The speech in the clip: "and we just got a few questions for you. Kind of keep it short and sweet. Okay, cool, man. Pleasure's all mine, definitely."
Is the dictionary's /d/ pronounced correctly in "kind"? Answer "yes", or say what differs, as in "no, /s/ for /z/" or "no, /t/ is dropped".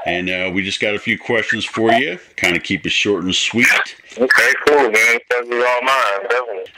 yes